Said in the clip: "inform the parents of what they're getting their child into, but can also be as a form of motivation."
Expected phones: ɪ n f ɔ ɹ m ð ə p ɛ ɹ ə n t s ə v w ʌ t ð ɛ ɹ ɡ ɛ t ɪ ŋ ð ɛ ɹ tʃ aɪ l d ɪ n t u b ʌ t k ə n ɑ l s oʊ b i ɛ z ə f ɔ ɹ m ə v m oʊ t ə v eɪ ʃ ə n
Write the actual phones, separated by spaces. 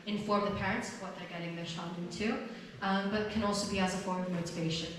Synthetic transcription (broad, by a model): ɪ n f ɔ ɹ m ð ə p ɛ ɹ ə n t s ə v w ʌ t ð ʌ ɹ ɡ ɛ t ɪ ŋ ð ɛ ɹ ʃ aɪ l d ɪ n t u b ʌ t k ə n ɑ l s oʊ b i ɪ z ə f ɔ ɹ m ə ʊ t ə v eɪ ʃ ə n